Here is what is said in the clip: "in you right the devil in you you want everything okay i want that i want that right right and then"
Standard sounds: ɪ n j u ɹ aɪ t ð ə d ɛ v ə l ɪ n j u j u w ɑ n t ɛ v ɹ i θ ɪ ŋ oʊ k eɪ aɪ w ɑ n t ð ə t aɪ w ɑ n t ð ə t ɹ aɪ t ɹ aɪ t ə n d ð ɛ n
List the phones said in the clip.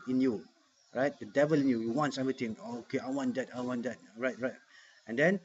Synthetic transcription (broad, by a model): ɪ n j u ɹ aɪ t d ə d ɛ v ə l ɪ n j u j u w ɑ n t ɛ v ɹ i t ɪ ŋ oʊ k eɪ aɪ w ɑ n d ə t aɪ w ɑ n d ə t ɹ aɪ t ɹ aɪ t ə n d ɛ n